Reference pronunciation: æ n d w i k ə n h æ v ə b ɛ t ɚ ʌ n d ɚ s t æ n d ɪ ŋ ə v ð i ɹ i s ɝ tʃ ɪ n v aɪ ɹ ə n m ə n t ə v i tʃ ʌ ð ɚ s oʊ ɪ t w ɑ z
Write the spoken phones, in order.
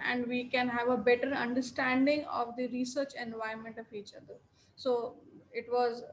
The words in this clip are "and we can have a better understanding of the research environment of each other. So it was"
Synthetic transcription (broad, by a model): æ n d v i k ə n h æ v ə b ɛ t ɚ ʌ n d ɚ s t æ n d ɪ ŋ ə v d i ɹ i s ɝ tʃ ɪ n v aɪ ə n m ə n t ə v i tʃ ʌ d ɚ s oʊ ɪ t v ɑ z